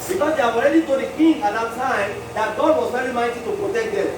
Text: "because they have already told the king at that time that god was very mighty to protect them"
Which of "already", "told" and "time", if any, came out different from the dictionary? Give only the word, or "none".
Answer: told